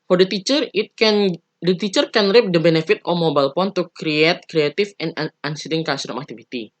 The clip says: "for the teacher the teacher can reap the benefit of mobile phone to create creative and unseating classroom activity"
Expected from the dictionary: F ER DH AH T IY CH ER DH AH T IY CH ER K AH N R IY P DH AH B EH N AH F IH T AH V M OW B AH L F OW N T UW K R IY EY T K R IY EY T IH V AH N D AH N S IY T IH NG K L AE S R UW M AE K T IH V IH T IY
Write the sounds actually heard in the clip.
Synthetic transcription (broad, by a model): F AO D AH T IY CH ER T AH T IY CH ER K AH N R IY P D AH B EH N AH F IH T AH M OW B AH L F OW N T UW K R IY EY T K R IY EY T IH F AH N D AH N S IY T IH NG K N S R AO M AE K T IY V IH T IY